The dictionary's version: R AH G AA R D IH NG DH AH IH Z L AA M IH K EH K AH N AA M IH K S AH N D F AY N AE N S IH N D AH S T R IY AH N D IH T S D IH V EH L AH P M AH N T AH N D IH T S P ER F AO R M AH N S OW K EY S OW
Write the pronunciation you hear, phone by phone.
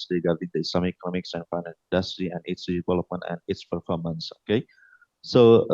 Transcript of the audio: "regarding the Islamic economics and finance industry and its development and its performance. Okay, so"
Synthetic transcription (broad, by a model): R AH G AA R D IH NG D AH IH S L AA M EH K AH N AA M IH K S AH N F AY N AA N IH N D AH S T R IY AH N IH T S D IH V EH L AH P M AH N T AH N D IH T S P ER F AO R M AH N S OW K EY S OW